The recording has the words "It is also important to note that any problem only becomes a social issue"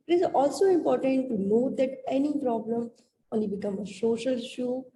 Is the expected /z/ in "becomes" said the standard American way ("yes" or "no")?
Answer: no